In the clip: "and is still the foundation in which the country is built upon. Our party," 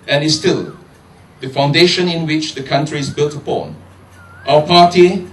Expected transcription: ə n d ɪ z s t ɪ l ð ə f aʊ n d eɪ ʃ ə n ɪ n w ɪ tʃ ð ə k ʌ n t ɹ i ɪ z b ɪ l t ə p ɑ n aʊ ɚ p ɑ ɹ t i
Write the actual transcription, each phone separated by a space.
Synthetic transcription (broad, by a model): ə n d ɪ s t ɪ l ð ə f aʊ n d eɪ ʃ ə n ɪ n w ɪ tʃ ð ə k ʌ n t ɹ i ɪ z b ɪ l t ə p ɑ n aʊ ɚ p ɑ t i